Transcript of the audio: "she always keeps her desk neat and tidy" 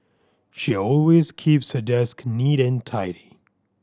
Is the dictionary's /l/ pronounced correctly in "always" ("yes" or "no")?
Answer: yes